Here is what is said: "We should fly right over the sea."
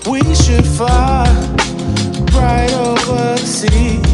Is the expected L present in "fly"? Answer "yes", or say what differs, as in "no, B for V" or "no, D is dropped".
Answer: no, L is dropped